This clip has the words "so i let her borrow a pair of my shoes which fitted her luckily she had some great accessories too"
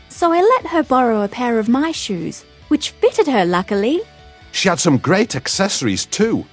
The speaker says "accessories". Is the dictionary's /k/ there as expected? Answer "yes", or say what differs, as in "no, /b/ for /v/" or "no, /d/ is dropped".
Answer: yes